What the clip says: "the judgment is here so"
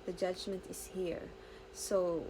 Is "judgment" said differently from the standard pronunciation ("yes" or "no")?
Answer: no